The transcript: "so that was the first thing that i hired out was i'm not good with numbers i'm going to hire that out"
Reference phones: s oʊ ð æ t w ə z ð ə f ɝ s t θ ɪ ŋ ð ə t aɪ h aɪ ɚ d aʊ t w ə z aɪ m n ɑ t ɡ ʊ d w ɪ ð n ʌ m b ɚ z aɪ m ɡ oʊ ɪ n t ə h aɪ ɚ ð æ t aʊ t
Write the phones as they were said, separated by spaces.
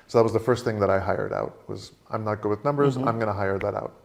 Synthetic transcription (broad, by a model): s oʊ ð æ t w ə z ð ə f ɝ s t θ ɪ ŋ ð ə t aɪ h aɪ ɚ d aʊ t w ə z aɪ m n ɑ t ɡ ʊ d w ɪ ð n ʌ m b ɚ z aɪ m ɡ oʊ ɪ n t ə h aɪ ɚ ð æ t aʊ t